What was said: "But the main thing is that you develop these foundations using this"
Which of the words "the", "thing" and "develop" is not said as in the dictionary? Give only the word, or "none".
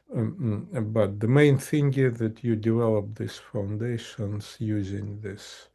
none